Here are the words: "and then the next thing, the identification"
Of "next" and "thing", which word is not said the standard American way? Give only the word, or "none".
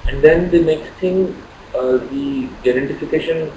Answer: thing